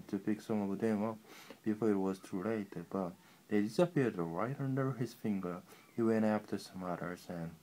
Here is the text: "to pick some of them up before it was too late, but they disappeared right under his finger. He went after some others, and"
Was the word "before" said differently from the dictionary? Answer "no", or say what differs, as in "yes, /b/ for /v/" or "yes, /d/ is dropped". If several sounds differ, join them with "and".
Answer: no